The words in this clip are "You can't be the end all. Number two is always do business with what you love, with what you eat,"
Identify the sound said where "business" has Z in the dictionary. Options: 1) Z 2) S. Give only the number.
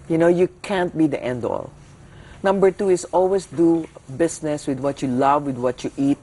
2